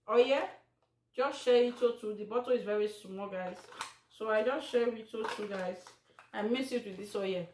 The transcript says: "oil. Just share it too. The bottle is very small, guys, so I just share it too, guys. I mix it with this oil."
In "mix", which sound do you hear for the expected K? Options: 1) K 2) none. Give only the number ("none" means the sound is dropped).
2